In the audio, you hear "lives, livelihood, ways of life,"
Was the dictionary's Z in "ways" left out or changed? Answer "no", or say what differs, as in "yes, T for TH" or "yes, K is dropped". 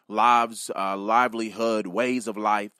no